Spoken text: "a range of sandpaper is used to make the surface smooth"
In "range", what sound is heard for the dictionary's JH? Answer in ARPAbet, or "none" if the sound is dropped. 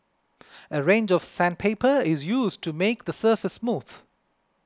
JH